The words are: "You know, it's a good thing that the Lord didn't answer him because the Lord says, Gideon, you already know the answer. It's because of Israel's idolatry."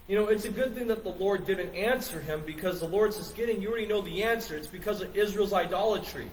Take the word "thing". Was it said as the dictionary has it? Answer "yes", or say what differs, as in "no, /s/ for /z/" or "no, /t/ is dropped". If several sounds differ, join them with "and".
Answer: yes